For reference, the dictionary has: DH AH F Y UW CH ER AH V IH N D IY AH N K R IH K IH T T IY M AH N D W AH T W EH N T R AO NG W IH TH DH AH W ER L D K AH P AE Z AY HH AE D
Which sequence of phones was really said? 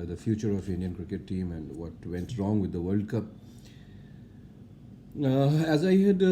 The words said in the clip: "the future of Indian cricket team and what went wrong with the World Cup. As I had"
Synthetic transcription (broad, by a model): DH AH F Y UW CH ER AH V IH N D IY AH N K R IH K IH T T IY M AH N D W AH T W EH N T R AO NG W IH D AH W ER L D K AH P AE Z AY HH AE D